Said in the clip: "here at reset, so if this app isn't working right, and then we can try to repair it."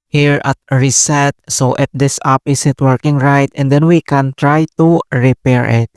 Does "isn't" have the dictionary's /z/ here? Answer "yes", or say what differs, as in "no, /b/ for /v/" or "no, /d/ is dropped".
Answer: no, /s/ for /z/